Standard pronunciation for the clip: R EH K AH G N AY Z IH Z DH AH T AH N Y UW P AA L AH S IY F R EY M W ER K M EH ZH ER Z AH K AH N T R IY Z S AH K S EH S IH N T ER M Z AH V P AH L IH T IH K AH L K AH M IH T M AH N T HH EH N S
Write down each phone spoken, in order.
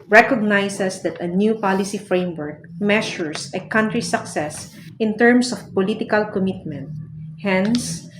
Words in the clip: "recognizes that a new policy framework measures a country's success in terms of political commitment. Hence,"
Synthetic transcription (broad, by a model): R EH K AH G N AY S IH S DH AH T AH N Y UW P AA L AH S IY F R EY M W ER K M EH SH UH S AH K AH N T R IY S AH K S EH S IH N T ER M S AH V P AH L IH T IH K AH L K AH M IH T M AH N T HH EH N S